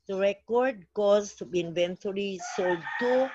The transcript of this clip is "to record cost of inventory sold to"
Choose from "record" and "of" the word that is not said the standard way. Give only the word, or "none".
of